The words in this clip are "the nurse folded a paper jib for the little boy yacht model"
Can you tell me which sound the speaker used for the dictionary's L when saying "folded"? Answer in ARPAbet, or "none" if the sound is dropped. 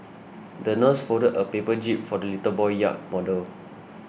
none